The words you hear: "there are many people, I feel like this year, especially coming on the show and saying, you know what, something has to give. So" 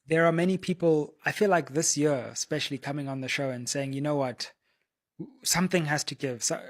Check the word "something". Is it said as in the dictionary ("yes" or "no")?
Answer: yes